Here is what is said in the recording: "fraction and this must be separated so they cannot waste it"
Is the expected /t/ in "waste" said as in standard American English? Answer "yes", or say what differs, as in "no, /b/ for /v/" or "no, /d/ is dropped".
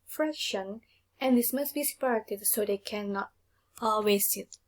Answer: no, /t/ is dropped